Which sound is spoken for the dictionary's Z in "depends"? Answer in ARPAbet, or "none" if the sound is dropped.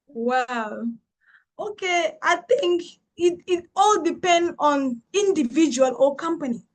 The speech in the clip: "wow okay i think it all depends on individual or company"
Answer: none